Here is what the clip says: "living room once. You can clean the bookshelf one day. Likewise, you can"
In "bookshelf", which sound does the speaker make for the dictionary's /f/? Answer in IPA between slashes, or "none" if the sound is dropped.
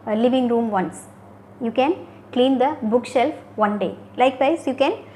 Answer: /f/